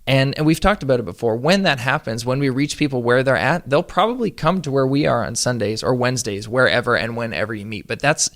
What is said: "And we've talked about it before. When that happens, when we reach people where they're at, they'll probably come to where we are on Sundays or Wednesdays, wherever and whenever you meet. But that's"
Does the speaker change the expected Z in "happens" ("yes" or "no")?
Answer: no